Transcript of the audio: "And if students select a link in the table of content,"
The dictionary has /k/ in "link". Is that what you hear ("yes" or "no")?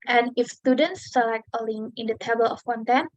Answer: no